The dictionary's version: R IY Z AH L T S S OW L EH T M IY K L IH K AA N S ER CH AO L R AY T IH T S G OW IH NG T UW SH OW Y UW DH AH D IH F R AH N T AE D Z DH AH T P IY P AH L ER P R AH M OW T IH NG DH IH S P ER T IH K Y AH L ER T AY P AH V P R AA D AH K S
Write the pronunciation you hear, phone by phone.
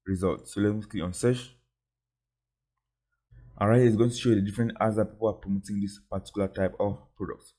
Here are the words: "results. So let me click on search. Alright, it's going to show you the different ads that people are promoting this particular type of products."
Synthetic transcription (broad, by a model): R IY Z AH L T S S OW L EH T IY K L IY AA N S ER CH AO R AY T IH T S G OW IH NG T UW SH OW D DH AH D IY F R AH N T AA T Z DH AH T P IY P AH L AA P R AH M OW T IH NG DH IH S P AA T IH K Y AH L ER T AY P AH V P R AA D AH K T